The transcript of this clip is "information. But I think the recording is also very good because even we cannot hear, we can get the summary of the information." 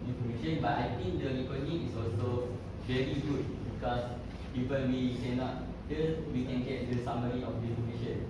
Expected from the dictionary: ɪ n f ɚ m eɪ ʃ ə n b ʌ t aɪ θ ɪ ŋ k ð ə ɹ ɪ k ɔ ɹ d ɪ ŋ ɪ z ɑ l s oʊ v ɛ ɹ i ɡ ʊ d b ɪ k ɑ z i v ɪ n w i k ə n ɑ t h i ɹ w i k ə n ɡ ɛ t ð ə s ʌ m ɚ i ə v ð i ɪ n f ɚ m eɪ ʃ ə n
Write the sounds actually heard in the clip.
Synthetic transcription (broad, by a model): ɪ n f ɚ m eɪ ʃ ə n b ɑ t aɪ t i ŋ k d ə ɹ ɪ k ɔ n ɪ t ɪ s ɑ l s oʊ v ɛ ɹ i ɡ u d b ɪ k ɑ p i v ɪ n w i k ə n ɑ t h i l w i k ə n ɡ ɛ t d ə s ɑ m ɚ i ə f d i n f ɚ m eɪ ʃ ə n